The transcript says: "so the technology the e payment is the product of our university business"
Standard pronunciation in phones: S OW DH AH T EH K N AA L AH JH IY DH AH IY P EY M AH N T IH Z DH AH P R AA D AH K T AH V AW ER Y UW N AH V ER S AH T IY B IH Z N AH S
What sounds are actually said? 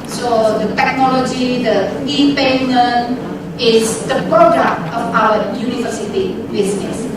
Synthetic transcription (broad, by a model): S OW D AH T EH K N AA L AH JH IY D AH IY P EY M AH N IH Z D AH P R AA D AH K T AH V AW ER Y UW N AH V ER S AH T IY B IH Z N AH S